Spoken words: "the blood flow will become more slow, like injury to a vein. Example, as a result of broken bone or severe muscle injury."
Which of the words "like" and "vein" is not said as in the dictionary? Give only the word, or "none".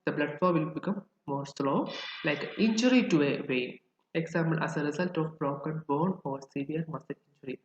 vein